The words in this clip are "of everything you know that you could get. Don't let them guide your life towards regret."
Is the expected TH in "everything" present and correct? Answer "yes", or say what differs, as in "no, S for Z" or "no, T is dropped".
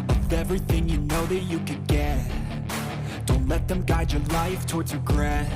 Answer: yes